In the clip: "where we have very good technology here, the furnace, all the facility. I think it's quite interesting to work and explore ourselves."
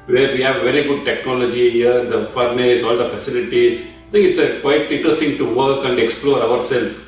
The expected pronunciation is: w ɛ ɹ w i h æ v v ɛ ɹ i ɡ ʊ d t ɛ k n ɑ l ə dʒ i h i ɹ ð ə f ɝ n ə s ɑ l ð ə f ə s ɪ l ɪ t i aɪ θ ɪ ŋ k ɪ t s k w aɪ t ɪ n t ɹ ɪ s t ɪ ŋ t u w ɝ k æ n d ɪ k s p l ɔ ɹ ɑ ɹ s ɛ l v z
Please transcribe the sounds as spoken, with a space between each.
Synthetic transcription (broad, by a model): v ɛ ɹ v i h æ v v ɛ ɹ i ɡ ʊ d t ɛ k n ɑ l ə dʒ i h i ɹ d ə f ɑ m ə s ɑ l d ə f ə s ɪ l ɪ t i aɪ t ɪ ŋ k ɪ t s k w aɪ t ɪ n t ɹ ɪ s t ɪ ŋ t u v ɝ k æ n d ɪ k s p l ɔ ɹ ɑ ɹ s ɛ l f